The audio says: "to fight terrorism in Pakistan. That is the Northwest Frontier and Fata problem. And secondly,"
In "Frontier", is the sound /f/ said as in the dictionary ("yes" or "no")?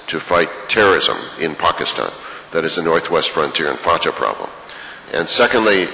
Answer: yes